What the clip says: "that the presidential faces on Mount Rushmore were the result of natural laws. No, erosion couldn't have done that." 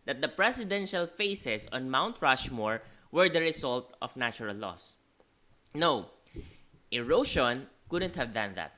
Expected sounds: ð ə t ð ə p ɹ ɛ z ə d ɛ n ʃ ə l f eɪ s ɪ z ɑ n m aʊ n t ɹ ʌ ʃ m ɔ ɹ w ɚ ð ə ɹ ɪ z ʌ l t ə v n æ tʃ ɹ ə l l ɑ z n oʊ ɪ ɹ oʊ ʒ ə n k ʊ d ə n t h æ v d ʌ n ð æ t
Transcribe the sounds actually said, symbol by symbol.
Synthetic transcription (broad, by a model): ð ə t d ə p ɹ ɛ s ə d ɛ n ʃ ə l f eɪ s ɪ s ɑ n m aʊ n t ɹ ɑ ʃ m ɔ ɹ w ɚ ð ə ɹ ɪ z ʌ l t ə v n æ tʃ ɹ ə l l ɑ s n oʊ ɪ ɹ oʊ ʃ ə n k ʊ d ə n t h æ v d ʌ n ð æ t